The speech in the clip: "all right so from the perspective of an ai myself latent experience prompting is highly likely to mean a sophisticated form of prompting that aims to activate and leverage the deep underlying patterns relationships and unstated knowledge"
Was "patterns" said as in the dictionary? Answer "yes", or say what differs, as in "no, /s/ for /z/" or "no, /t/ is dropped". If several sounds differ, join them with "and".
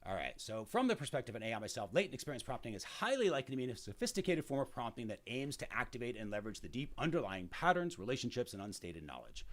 yes